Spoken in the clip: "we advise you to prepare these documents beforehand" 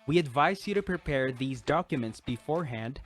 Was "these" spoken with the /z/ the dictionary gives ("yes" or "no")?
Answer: yes